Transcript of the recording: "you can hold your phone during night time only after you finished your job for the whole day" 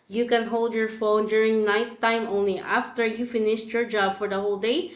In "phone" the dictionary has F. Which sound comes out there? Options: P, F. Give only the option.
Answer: F